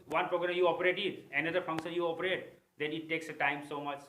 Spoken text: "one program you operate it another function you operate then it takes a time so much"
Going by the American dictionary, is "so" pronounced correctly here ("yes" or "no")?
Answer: yes